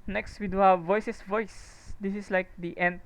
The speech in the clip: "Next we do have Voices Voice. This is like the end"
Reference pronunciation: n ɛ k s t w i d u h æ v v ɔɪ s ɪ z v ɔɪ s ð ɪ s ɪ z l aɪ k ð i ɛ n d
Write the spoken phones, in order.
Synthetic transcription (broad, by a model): n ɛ k s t w i d u h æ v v ɔɪ s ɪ s v ɔɪ s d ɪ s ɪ s l aɪ k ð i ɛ n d